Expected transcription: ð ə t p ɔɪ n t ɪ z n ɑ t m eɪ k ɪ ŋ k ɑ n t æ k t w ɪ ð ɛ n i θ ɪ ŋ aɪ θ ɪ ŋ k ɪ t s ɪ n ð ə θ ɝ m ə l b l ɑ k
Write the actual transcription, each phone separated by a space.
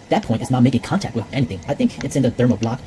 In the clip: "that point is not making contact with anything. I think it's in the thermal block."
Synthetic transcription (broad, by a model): ð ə t p ɔɪ n t ɪ z n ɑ t m eɪ k ɪ ŋ k ɑ n t æ k t w ɪ ð ɛ n i θ ɪ ŋ aɪ θ ɪ ŋ k ɪ t s ɪ n ð ə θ ɝ m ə b l ɑ k